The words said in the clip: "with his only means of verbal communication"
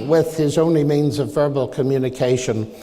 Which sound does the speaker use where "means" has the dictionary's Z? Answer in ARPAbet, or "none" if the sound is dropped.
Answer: Z